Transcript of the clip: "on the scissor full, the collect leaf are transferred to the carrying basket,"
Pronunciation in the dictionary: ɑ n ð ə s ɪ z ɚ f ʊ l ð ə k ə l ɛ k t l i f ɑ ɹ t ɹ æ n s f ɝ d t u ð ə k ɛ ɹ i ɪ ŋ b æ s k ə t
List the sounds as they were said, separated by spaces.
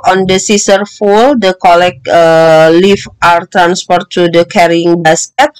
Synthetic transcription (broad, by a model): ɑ n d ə s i s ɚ f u l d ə k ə l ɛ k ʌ l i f ɑ ɹ t ɹ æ n s p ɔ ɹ t u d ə k ɛ ɹ i ɪ ŋ b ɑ s k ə t